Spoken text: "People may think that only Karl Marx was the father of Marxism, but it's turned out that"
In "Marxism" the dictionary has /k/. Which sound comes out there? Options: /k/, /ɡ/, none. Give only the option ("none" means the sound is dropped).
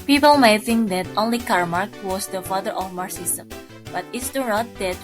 none